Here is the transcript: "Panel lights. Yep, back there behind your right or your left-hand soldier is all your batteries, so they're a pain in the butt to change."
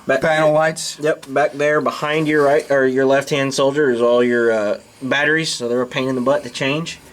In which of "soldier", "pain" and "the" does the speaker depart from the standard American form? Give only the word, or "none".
none